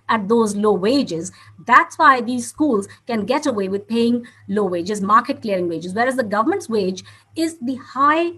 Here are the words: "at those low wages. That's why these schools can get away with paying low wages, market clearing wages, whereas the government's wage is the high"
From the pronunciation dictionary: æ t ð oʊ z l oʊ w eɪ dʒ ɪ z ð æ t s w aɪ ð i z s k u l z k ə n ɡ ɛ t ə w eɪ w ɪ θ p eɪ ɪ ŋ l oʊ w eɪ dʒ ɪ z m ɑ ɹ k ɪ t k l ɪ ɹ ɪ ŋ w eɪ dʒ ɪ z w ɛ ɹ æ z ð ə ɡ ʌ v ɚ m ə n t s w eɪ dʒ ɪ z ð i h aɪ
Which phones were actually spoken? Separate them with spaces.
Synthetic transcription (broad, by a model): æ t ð oʊ z l oʊ w eɪ dʒ ɪ z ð æ t s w aɪ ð i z s k u l z k ə n ɡ ɛ t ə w eɪ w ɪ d p eɪ ɪ ŋ l oʊ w eɪ dʒ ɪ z m ɑ ɹ k ɪ t k l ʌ ɹ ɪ ŋ w eɪ dʒ ɪ z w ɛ ɹ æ z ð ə ɡ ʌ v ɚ m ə n t s w eɪ dʒ ɪ z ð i h aɪ